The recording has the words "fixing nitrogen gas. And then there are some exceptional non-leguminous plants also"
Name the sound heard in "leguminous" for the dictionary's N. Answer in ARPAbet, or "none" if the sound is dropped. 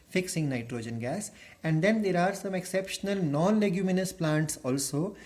N